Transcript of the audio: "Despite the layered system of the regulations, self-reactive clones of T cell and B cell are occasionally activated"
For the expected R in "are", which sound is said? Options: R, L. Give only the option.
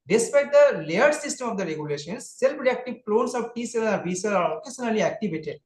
L